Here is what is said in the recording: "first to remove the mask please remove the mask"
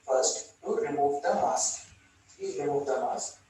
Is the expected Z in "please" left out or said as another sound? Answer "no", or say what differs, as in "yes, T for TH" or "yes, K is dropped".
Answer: yes, Z is dropped